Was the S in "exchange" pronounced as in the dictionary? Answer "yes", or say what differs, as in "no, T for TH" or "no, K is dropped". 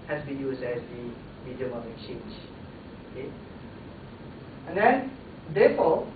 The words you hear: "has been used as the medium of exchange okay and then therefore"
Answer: no, S is dropped